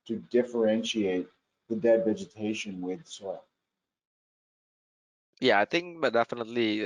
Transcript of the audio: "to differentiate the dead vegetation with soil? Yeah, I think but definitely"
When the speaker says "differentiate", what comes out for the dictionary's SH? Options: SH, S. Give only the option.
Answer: SH